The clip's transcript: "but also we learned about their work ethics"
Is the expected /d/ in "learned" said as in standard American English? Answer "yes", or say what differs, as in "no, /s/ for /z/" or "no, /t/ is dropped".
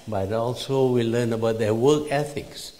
no, /d/ is dropped